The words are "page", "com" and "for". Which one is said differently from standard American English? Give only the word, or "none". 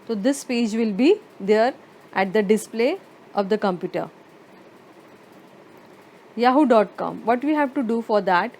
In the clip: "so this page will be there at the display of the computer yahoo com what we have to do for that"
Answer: none